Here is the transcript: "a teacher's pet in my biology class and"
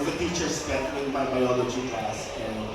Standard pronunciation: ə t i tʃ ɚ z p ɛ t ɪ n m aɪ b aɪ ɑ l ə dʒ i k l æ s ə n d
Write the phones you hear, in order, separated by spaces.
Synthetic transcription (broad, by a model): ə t i tʃ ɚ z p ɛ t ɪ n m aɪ b aɪ ɑ l ə dʒ i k æ s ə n